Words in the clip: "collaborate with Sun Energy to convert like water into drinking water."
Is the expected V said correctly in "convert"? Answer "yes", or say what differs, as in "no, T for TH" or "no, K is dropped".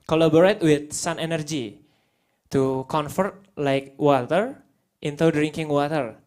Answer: no, F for V